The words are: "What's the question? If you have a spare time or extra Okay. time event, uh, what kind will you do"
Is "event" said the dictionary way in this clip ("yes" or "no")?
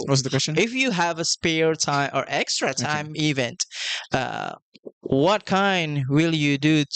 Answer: yes